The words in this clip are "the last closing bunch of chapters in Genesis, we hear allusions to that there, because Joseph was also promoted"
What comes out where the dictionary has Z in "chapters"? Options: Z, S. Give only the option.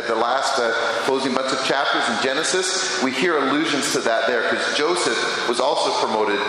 Z